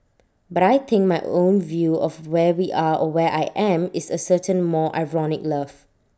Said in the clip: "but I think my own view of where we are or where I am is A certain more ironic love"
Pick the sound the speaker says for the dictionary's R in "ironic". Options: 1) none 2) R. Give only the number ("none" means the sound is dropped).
2